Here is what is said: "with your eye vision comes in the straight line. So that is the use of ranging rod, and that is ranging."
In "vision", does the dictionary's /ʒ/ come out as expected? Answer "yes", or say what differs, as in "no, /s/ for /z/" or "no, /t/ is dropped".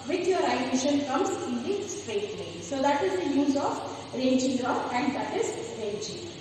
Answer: no, /ʃ/ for /ʒ/